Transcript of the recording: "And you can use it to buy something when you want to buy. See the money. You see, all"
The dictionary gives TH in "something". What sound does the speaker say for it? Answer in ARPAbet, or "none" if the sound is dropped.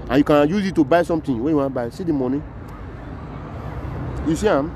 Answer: T